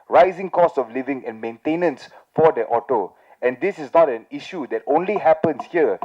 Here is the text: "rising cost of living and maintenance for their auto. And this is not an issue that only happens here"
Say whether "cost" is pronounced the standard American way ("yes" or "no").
no